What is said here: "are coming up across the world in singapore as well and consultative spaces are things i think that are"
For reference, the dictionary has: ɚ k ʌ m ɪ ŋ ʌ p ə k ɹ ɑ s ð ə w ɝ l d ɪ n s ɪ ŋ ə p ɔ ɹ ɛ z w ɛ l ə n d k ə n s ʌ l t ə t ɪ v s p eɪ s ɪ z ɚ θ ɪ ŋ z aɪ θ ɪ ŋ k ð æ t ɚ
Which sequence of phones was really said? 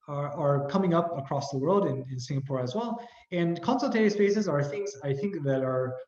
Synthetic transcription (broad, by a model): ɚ k ʌ m ɪ ŋ ʌ p ə k ɹ ɑ s ð ə w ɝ l d ɪ n s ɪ ŋ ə p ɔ ɹ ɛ z w ɛ l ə n k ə n s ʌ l t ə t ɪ s p eɪ s ɪ z ɚ θ ɪ ŋ z aɪ θ ɪ ŋ k ð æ t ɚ